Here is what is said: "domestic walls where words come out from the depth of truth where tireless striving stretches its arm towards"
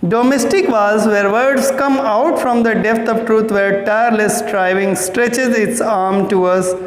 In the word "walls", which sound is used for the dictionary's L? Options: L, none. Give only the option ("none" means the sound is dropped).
none